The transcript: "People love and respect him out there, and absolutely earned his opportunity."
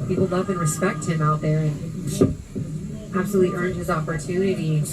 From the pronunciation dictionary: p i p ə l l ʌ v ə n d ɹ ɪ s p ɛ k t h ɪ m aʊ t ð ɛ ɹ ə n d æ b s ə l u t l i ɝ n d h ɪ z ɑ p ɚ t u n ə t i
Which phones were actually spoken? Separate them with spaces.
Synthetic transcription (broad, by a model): p i p l l ʌ v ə n ɹ ɪ s p ɛ k t h ɪ m aʊ t ð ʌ ɹ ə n æ b s ə l u t l i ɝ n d h ɪ z ɑ p ɚ t u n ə t i